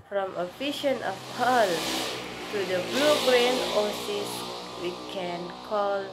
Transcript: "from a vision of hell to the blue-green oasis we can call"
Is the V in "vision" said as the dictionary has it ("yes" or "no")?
no